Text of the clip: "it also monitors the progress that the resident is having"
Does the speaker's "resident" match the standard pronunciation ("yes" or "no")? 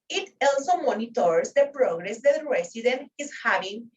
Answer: no